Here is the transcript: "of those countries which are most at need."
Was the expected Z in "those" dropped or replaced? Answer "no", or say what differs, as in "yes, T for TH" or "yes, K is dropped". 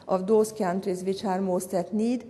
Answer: yes, S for Z